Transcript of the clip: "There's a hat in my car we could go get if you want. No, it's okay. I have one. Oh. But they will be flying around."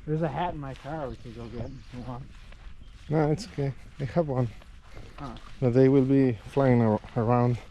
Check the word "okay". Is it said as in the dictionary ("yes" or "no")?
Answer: no